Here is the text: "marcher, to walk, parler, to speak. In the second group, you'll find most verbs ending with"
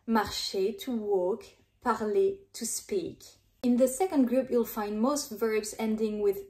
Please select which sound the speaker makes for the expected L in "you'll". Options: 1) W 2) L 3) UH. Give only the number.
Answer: 2